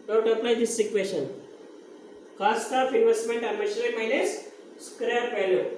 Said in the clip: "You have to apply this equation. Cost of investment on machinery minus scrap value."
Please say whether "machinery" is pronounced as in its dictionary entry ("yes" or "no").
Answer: no